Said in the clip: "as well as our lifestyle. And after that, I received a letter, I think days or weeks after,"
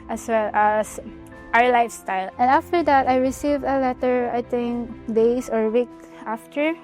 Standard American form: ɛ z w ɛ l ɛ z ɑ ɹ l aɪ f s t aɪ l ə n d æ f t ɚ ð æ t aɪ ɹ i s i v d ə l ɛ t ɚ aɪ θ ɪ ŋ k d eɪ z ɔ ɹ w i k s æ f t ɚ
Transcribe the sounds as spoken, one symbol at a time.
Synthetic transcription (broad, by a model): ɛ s w ɛ l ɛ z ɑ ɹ l aɪ f s t aɪ l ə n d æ f t ɚ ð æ t aɪ ɹ i s i v d ə l ɛ t ɚ aɪ t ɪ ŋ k d eɪ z ɔ ɹ w i k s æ f t ɚ